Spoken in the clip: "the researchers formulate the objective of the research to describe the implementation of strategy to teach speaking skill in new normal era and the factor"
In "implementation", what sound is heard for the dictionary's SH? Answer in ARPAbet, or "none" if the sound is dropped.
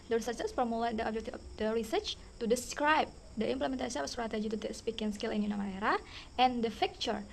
S